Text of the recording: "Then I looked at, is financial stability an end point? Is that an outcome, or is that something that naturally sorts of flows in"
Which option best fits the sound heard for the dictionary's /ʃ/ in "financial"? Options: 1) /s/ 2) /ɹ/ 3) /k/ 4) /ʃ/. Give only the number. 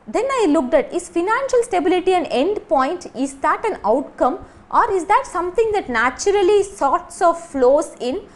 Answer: 4